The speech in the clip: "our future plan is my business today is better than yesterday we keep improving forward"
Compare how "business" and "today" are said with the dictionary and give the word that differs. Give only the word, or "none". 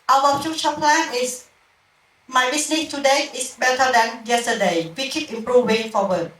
business